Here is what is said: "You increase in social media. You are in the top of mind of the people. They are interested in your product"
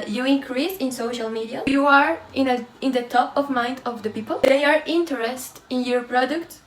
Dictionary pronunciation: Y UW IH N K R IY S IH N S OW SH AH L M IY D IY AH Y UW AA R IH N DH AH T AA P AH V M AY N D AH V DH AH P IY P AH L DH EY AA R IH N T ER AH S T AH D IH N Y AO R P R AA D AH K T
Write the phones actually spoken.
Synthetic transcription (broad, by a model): Y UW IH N K R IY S IH N S OW SH AH L M IY D IY AH Y UW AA R IH N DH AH T AA P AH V M AY N D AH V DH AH P IY P AH L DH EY AA R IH N T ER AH S T IH N Y AO R P R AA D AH K T